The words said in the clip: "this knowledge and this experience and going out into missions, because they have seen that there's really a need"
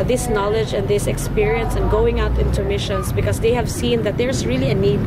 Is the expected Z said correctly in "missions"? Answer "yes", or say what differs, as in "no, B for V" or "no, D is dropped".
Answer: no, S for Z